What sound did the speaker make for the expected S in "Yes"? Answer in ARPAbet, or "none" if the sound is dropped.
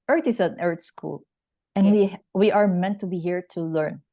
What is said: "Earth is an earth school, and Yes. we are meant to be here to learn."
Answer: none